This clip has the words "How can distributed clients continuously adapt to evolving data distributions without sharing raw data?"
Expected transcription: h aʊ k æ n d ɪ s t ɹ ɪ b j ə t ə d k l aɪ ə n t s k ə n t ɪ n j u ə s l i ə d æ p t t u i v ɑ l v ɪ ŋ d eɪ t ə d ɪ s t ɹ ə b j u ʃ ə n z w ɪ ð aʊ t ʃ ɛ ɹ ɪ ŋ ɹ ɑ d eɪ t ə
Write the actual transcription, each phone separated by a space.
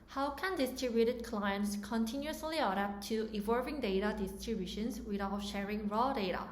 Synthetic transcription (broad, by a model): h aʊ k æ n d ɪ s t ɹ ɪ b j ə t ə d k l aɪ ə n t s k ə n t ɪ n j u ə s l i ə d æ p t t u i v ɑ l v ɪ ŋ d eɪ t ə d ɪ s t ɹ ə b j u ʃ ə n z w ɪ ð aʊ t ʃ ɛ ɹ ɪ ŋ ɹ ɑ d eɪ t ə